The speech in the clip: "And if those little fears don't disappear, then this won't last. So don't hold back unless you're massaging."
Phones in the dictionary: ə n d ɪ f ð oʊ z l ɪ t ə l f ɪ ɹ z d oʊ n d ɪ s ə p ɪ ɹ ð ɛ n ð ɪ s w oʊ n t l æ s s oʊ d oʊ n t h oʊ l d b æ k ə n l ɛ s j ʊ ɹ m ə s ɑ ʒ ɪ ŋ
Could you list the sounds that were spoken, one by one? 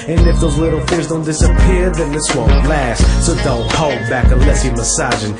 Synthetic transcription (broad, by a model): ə n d ɪ f ð oʊ z l ɪ t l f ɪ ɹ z d oʊ n d ɪ s ə p ɪ ɹ ð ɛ n ð ɪ s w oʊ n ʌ l æ s s oʊ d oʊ n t h oʊ l d b æ k ə n l ɛ s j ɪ m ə s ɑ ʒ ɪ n